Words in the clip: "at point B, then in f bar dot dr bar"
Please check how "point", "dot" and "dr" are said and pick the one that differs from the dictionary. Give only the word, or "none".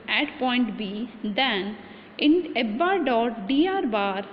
dr